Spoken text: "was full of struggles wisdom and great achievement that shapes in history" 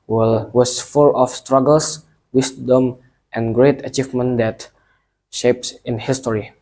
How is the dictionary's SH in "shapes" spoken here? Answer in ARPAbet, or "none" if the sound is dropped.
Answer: SH